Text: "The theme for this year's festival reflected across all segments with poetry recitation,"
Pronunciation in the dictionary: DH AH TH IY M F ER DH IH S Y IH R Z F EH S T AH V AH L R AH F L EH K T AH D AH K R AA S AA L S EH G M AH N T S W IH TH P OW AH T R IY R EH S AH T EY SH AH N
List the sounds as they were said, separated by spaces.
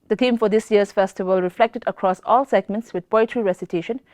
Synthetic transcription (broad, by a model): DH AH T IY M F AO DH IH S Y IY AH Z F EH S T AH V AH L R AH F L EH K T AH D AH K R AA S AA L S EH G M AH N T S W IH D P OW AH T R IY R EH S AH T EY SH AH N